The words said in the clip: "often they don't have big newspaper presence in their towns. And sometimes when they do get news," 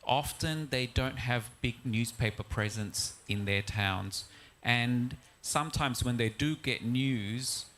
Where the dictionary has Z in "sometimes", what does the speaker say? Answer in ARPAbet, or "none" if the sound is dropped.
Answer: Z